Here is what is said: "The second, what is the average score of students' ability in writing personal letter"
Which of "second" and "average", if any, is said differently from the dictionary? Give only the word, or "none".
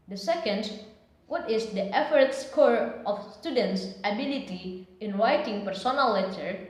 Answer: average